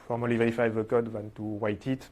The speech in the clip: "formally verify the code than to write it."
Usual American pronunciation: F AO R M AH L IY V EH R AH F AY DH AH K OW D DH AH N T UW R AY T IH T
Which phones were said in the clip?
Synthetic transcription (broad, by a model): F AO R M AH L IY V EH R AH F AY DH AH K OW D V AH N T UW W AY T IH T